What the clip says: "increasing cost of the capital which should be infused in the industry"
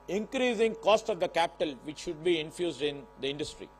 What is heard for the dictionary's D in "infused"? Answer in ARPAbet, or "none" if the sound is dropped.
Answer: D